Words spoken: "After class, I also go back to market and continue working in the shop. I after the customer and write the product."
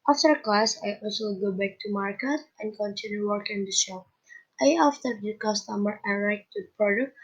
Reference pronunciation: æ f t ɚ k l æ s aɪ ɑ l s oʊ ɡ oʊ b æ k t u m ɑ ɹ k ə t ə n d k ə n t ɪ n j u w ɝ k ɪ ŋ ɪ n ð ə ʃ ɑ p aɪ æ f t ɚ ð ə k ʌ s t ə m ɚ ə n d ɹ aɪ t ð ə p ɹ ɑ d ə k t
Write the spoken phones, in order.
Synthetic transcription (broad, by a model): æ f t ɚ k l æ s aɪ ɑ l s oʊ ɡ oʊ b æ k t u m ɑ ɹ k ə t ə n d k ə n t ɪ n j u w ɝ k ɪ ŋ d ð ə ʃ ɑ aɪ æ f t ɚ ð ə k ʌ s t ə m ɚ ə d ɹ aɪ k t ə p ɹ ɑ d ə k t